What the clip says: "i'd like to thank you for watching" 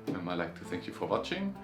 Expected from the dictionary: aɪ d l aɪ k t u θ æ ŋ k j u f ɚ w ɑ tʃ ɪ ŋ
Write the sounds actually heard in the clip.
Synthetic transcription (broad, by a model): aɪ l aɪ k t u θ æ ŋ k j u f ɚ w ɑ tʃ ɪ ŋ